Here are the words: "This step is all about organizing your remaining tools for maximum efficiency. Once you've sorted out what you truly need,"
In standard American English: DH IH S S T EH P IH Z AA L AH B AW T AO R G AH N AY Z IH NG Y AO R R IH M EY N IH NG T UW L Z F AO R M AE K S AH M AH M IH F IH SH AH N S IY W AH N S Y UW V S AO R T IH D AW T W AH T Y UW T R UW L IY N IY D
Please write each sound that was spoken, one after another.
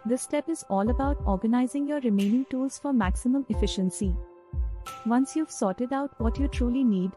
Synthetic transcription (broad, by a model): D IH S S T EH P IH Z AA L AH B AW T AO R G AH N AY Z IH NG Y AO R R IH M EY N IH NG T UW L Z F AO R M AE K S AH M AH M IH F IH SH AH N S IY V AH N S Y UW V S AO R T IH D AW T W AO T Y UW T R UW L IY N IY D